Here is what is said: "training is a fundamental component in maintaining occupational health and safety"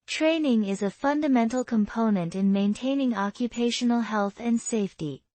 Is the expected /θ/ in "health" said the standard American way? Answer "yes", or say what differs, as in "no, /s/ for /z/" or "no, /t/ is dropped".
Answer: yes